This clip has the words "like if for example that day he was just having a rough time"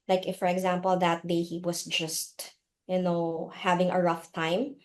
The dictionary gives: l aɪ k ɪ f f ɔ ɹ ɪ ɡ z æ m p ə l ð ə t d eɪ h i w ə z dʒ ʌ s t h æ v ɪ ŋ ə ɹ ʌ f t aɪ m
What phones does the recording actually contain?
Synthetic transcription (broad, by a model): l aɪ k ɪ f f ɔ ɹ ɪ ɡ z æ m p ə l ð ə t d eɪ h i w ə s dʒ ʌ s t h æ v ɪ ŋ ə ɹ ʌ f t aɪ m